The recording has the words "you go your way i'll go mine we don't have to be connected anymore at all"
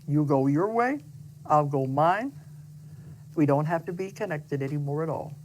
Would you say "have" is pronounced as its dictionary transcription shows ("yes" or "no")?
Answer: no